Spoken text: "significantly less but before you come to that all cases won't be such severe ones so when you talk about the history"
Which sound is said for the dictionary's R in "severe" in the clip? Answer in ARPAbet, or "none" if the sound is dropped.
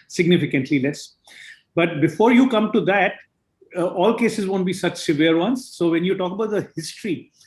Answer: R